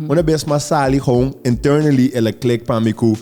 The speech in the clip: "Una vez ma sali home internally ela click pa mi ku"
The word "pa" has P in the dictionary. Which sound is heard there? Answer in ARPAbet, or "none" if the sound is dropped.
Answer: P